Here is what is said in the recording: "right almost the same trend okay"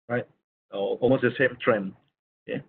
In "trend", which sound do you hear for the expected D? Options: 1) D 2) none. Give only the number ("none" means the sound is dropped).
2